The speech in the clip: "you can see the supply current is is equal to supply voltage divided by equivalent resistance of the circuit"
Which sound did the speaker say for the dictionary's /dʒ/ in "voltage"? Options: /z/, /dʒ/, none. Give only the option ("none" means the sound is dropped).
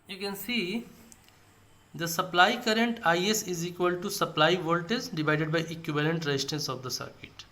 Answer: /z/